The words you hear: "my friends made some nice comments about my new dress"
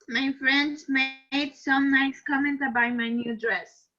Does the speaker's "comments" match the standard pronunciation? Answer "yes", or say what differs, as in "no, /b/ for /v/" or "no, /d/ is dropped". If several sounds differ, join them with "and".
no, /s/ is dropped